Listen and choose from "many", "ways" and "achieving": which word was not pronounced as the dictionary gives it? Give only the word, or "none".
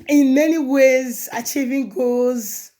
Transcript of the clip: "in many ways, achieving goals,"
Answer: none